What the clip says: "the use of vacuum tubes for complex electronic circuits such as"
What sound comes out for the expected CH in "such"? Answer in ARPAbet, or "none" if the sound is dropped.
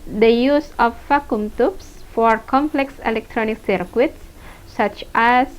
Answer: CH